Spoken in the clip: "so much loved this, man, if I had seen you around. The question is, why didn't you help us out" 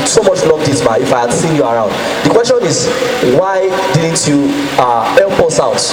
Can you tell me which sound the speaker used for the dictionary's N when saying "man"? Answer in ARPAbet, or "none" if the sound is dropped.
none